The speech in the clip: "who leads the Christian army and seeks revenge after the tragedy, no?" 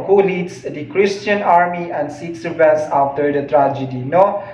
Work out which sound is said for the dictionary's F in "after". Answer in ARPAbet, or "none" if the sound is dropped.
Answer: none